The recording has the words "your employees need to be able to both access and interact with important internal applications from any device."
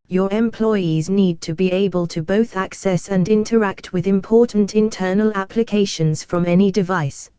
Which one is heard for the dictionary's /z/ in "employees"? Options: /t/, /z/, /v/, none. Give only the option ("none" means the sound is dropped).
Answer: /z/